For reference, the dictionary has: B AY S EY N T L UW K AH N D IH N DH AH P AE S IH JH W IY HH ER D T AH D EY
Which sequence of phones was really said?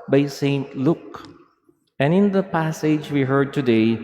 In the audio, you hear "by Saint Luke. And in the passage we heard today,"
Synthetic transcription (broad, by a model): B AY S EY N T L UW K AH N IH N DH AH P AE S IH JH W IY HH ER D T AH D EY